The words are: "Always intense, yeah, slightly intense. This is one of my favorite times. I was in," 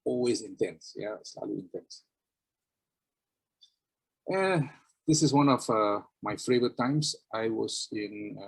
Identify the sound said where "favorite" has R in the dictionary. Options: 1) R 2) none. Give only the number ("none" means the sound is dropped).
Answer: 2